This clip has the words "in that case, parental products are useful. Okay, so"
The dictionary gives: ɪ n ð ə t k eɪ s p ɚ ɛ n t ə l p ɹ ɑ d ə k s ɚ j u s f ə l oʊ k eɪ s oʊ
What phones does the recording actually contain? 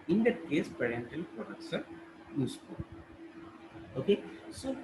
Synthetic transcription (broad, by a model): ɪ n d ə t k eɪ s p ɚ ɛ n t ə l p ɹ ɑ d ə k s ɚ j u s p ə oʊ k eɪ s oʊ